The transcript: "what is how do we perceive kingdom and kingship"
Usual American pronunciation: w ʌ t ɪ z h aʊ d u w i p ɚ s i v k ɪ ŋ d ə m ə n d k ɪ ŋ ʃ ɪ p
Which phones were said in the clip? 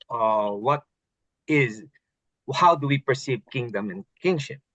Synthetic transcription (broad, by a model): w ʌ t ɪ z h aʊ d u w i p ɚ s i v k ɪ ŋ d ə m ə n k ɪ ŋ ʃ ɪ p